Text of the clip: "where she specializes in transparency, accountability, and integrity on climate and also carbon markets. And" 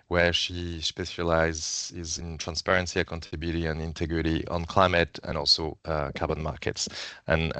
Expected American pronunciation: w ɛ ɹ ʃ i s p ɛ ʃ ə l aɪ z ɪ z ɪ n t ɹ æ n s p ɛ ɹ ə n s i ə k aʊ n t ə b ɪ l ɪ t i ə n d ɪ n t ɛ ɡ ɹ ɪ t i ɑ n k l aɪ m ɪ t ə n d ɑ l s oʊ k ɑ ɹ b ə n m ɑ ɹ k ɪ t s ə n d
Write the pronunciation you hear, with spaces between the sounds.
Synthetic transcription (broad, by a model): w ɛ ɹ ʃ i s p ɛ s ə l aɪ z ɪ z ɪ n t ɹ æ n s p ɛ ɹ ə n s i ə k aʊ n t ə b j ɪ t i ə n ɪ n t ɛ ɡ ɹ ɪ t i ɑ n k l aɪ m ɪ t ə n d ɑ l s oʊ k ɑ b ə n m ɑ ɹ k ɪ t s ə n